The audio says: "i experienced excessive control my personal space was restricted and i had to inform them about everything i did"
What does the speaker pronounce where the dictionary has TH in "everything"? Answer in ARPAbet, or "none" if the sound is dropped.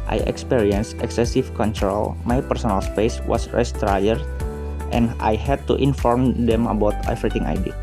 T